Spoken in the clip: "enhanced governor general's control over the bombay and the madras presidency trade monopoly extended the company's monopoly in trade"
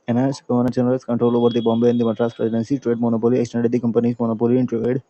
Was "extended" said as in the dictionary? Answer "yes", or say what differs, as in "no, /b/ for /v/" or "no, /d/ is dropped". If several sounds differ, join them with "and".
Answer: yes